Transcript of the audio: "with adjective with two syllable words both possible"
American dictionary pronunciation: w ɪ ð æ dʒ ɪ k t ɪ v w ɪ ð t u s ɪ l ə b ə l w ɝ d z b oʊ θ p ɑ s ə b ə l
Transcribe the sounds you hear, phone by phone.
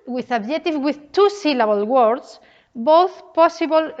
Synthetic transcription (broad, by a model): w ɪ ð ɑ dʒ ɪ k t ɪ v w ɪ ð t u s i l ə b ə l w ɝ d s b oʊ θ p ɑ s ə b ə l